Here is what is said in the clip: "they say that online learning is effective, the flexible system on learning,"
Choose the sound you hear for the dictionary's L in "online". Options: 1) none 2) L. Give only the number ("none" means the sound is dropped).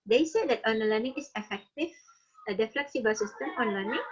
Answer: 1